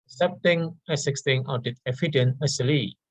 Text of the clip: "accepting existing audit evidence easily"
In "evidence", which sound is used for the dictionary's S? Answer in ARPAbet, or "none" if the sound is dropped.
none